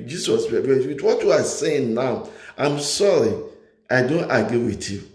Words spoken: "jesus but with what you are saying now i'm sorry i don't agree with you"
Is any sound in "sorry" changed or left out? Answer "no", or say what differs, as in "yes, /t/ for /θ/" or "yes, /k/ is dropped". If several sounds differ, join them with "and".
no